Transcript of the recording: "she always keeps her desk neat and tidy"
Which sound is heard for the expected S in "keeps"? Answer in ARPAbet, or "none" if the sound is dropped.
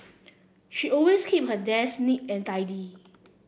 none